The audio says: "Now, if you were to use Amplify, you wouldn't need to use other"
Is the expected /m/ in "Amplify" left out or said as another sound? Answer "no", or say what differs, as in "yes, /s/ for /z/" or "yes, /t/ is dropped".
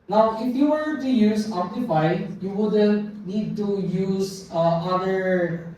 yes, /m/ is dropped